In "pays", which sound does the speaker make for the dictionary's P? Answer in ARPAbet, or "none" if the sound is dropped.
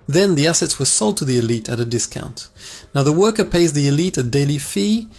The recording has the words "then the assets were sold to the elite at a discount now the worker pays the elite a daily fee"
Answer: P